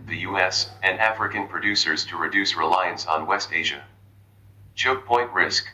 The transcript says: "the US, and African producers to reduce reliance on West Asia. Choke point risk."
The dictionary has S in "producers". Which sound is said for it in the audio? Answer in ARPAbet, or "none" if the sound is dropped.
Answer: S